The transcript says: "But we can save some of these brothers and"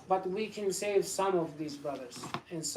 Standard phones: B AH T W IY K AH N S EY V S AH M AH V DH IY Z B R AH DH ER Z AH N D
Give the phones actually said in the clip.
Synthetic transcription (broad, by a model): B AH T W IY K AH N S EY V S AH M AH V DH IY Z B R AH DH ER Z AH N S